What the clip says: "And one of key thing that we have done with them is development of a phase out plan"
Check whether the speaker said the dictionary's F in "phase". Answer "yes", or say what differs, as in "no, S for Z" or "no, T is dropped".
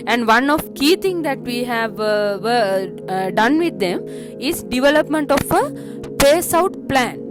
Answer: no, P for F